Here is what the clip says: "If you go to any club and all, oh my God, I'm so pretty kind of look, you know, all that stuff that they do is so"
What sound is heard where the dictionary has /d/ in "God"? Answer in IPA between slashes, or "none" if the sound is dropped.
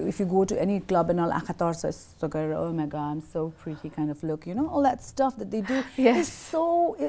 none